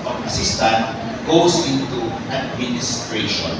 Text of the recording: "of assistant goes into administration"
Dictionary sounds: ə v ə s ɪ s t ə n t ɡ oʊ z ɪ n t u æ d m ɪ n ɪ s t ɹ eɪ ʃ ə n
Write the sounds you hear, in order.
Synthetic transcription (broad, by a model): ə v ə s ɪ s t ə n t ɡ oʊ s ɪ n t u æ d m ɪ n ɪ s t ɹ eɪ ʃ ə n